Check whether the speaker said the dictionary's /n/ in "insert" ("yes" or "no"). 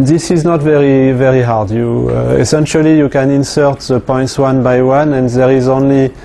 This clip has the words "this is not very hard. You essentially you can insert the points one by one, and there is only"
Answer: yes